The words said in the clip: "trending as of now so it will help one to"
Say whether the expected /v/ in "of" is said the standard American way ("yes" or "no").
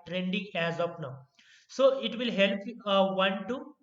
no